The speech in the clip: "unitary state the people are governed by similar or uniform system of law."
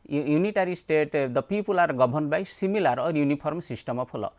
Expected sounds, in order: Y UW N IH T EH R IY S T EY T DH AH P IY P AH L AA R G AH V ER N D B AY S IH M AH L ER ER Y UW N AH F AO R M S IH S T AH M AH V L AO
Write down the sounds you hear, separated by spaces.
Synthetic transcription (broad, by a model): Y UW N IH T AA R IY S T EY T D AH P IY P AH L AA R G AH B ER N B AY S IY M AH L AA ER Y UW N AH P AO R M S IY S T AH M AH P L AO